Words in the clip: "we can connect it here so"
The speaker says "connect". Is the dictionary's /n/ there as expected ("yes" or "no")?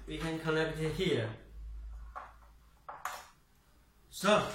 no